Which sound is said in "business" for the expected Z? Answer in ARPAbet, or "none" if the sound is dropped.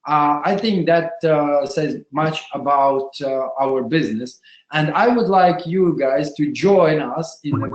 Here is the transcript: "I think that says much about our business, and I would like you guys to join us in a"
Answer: Z